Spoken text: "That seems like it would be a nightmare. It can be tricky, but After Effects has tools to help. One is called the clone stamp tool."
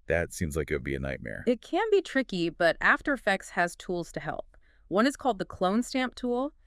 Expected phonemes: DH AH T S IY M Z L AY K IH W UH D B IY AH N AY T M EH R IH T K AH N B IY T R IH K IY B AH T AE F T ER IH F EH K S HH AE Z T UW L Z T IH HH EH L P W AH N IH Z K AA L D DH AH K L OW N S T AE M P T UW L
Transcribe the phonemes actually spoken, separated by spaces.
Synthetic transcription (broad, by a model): DH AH T S IY M Z L AY K IH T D B IY AH N AY T M EH R IH T K AH N B IY T R IH K IY B AH T AE F T ER IH F EH K S HH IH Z T UW L Z T IH HH EH L P W AH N IH Z K AA L D DH AH K L OW N S T AE M P T UW L